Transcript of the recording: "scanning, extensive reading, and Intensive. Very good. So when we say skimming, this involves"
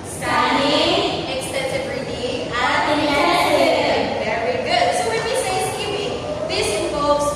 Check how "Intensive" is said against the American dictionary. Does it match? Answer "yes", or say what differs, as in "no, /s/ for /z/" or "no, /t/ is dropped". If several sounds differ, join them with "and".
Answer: no, /s/ is dropped